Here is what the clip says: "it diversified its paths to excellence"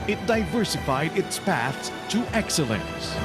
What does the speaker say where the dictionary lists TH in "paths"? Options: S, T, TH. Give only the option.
TH